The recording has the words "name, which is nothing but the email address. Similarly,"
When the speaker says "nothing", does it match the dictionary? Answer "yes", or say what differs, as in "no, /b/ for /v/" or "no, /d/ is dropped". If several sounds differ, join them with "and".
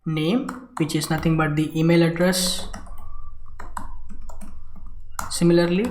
no, /t/ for /θ/